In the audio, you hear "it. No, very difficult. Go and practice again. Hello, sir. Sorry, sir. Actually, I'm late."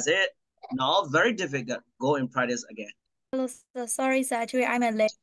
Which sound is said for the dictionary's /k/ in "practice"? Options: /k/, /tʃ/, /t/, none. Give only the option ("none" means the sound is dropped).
none